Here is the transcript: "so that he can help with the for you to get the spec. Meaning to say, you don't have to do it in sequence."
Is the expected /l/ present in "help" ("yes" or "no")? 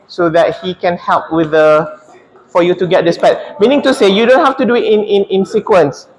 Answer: yes